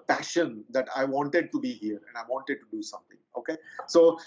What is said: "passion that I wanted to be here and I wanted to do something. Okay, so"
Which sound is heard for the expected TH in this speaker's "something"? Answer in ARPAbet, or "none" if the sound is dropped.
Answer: T